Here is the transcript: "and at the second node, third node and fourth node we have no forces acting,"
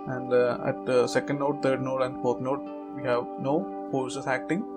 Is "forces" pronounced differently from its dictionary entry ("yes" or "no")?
yes